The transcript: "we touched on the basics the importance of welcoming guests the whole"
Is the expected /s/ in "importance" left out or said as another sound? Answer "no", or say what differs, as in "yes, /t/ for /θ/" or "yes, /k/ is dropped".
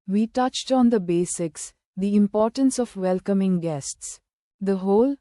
no